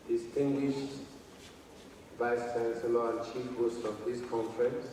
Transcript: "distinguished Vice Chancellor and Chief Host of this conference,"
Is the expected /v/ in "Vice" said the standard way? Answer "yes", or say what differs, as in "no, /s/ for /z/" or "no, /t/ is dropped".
no, /b/ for /v/